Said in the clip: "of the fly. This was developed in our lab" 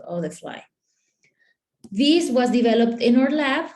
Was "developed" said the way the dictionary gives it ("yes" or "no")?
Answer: yes